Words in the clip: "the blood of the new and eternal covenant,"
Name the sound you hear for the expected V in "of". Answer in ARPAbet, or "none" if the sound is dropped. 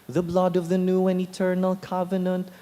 V